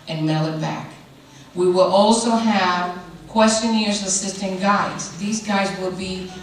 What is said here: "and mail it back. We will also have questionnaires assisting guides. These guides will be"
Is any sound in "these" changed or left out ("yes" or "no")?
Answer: no